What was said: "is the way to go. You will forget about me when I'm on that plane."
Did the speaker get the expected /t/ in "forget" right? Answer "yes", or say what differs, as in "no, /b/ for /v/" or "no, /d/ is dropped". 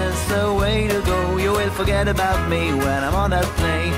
yes